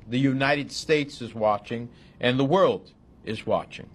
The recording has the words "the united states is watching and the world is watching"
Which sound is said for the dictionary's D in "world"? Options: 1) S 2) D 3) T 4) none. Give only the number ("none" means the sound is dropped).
2